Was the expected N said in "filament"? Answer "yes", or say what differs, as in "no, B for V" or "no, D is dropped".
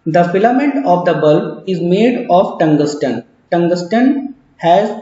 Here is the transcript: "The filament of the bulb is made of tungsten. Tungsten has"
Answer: yes